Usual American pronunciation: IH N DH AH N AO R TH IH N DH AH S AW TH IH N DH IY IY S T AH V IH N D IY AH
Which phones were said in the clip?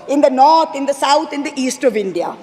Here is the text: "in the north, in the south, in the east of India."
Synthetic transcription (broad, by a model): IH N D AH N AO R T IH N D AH S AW T IH N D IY IY S T AH V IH N D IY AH